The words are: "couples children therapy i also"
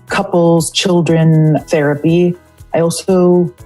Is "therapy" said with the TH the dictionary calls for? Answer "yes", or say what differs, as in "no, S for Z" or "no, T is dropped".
yes